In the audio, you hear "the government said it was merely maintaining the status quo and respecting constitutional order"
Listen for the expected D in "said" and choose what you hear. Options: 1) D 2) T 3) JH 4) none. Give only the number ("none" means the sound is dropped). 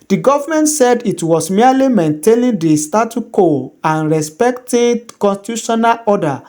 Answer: 1